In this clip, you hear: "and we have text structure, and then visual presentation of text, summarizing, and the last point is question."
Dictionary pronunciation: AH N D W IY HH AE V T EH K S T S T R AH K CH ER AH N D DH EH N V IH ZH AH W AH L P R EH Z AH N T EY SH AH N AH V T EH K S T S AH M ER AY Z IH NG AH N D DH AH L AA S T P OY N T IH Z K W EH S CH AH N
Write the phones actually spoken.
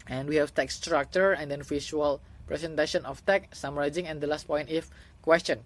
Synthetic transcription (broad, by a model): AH N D W IY HH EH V T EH K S S T R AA K CH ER AH N D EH N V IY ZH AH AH L P R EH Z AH N T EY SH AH N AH F T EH K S S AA M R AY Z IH NG AH N D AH L AA S T P OY N T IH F K W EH S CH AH N